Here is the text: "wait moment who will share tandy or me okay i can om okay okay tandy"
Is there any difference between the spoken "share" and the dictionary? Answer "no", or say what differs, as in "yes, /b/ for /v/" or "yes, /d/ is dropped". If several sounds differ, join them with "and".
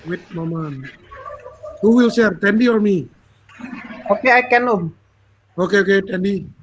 yes, /s/ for /ʃ/